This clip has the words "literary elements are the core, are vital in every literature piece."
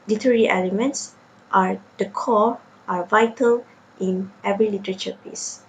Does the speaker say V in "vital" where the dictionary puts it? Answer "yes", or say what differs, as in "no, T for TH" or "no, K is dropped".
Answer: yes